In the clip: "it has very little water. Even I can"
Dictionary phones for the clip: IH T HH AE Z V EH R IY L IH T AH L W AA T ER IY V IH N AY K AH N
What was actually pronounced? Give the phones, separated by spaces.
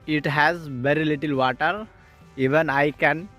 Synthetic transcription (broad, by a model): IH T HH AE Z V EH R IY L IH T AH L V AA T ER IY V IH N AY K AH N